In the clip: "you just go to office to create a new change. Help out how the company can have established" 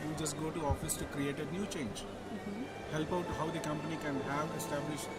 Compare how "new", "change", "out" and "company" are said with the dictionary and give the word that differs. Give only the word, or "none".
none